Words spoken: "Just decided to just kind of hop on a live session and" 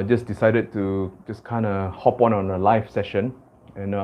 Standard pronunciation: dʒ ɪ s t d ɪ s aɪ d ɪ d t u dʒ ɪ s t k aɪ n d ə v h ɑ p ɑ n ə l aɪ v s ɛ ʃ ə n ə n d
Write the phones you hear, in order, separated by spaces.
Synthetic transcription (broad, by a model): dʒ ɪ s d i s aɪ d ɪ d t u dʒ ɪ s k aɪ n d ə h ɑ p ɑ n ə l aɪ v s ɛ ʃ ə n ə n